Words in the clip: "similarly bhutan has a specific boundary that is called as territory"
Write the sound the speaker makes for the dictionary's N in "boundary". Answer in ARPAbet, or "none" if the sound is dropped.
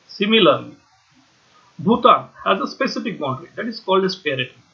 none